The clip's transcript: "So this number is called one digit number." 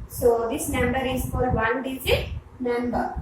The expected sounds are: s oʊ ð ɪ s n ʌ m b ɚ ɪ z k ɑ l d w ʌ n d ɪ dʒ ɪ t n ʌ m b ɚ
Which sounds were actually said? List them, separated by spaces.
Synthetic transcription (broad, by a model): s oʊ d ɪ s n ʌ m b ɚ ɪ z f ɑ d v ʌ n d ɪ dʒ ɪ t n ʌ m b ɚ